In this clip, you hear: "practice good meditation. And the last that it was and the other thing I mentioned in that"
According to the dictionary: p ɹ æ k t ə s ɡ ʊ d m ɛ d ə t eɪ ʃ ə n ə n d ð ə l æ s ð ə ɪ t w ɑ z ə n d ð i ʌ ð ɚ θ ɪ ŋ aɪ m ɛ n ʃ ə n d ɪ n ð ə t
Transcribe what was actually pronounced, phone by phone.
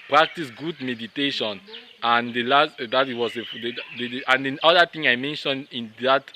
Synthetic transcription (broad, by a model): p ɹ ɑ k t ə s ɡ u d m ɛ d ə t eɪ ʃ ə n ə n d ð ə l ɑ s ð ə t w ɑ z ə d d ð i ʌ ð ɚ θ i ŋ aɪ m ɛ n ʃ ə n d ɪ n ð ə t